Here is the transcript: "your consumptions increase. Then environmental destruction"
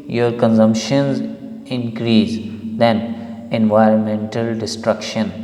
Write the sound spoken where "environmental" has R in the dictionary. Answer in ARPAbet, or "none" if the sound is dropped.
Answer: R